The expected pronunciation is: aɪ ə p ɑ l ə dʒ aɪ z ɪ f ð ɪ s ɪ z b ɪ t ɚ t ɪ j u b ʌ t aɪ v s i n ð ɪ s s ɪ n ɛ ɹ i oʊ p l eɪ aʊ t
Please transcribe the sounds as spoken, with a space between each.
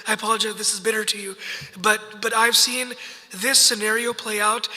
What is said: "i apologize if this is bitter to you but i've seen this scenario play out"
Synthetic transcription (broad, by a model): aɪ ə p ɑ l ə dʒ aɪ ɪ ð ɪ s ɪ z b ɪ t ɚ t ɪ j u b ʌ t aɪ v s i n ð ɪ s s ɪ n ɛ ɹ i oʊ p l eɪ aʊ t